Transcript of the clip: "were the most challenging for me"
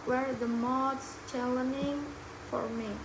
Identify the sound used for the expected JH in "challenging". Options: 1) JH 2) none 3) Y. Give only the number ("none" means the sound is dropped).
2